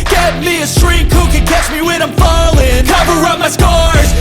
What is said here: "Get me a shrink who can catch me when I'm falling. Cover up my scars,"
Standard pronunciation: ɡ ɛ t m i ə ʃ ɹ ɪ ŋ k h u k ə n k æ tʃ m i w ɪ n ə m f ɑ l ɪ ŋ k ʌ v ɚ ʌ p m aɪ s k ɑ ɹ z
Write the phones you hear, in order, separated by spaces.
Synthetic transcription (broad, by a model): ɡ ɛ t m i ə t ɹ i k h u k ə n k æ tʃ m i w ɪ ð ə m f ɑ l ɪ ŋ k ʌ v ɚ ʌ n m aɪ s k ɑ ɹ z